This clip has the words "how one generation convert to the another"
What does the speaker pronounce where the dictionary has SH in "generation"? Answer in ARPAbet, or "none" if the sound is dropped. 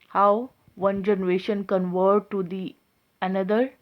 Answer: SH